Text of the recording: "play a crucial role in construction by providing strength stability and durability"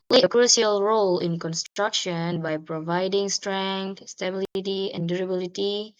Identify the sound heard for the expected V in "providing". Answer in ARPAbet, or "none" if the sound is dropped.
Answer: V